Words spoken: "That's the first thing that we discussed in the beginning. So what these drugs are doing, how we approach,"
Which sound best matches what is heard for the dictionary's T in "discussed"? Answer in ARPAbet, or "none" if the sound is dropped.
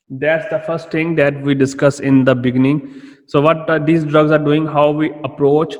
none